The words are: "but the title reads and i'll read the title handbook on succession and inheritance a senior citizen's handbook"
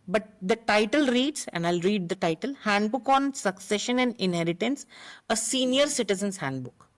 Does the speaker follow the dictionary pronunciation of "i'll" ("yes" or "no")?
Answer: yes